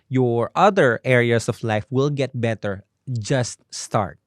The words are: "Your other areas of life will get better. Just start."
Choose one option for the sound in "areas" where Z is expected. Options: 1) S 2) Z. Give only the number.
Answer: 1